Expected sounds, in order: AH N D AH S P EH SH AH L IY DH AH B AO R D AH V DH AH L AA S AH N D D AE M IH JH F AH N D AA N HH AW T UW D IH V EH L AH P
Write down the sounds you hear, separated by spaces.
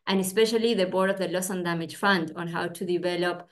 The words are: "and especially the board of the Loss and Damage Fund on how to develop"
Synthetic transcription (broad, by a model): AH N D AH S P EH SH AH L IY DH AH B AO R D AH V DH AH L AA S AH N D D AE M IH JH F AH N D AA N HH AW T UW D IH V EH L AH P